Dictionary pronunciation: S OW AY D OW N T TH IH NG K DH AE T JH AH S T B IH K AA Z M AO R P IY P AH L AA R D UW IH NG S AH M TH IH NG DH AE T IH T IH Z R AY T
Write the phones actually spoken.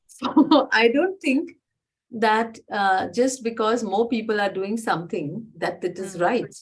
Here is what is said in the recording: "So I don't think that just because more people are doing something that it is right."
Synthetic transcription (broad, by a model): S OW AY D OW N T T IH NG K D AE T JH AH S T B IH K AA Z M AO R P IY P AH L AA R D UW IH NG S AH M T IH NG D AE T IH T IH Z R AY T